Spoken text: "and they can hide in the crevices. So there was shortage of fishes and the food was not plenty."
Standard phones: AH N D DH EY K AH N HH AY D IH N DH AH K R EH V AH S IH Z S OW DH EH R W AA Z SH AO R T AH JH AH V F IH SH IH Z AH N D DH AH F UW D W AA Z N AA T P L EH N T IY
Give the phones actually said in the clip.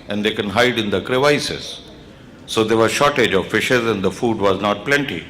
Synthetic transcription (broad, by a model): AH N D EY K AH N HH AY D IH N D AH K R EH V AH S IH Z S OW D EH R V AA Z SH AO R T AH JH AH V F IH SH IH Z AH N D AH F UW D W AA Z N AA T P L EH N T IY